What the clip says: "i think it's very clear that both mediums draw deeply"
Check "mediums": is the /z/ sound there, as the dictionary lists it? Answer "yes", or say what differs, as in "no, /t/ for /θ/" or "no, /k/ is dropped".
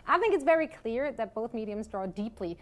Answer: yes